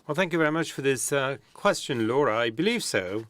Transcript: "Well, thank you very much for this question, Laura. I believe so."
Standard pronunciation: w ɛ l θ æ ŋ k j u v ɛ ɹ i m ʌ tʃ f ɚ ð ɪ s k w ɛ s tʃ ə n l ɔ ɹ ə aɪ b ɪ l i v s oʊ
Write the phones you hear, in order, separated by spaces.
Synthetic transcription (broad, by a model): w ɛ l θ æ ŋ k j u v ɛ ɹ i m ʌ tʃ f ɚ ð ɪ s k w ɛ s tʃ ə n l ɔ ɹ ə aɪ b ɪ l i v s oʊ